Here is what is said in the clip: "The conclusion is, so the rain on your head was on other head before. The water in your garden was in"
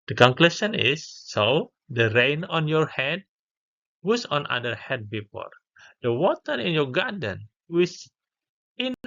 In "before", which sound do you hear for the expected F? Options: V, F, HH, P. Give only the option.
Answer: P